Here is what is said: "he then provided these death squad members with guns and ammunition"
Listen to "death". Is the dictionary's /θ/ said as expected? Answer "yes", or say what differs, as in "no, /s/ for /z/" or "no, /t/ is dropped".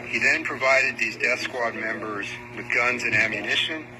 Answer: yes